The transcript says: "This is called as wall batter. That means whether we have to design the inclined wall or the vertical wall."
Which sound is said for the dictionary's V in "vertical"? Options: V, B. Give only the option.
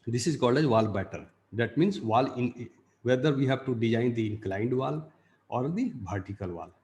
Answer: B